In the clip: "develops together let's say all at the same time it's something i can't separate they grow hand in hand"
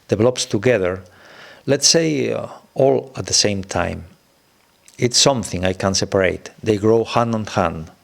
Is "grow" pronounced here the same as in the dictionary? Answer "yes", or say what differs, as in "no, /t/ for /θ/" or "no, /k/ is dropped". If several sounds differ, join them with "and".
yes